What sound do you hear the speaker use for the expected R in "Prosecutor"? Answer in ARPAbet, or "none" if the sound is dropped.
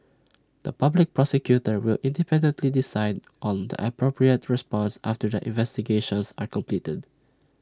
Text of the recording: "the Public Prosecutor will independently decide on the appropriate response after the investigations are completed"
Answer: R